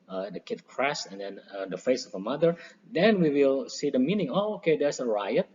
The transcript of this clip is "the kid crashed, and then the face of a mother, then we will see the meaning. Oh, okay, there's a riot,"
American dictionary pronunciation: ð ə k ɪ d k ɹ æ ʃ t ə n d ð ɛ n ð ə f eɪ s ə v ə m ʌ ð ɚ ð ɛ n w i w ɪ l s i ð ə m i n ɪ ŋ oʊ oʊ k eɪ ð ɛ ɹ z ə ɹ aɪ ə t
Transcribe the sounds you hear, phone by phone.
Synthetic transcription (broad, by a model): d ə k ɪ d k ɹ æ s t ə n d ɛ n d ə f eɪ s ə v ə m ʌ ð ɚ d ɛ n w i w ɪ l s i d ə m i n ɪ ŋ oʊ oʊ k eɪ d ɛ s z ə ɹ aɪ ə t